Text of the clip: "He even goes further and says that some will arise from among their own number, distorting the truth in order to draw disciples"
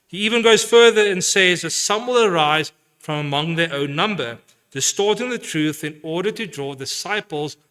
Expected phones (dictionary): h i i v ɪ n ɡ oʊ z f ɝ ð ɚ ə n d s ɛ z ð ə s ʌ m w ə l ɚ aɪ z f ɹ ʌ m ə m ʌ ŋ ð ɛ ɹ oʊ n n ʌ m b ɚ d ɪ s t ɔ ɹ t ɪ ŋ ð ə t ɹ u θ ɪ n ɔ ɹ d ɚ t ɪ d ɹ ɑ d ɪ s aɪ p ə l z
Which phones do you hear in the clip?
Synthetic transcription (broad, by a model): h i i v ɪ n ɡ oʊ z f ɝ ð ɚ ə n s ɛ z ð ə s ʌ m w ə l ɚ aɪ z f ɹ ʌ m ə m ʌ ŋ ð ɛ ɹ oʊ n n ʌ m b ɚ d ɪ s t ɔ ɹ t ɪ ŋ ð ə t ɹ u θ ɪ n ɔ ɹ d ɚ t ɪ d ɹ ɑ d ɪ s aɪ p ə l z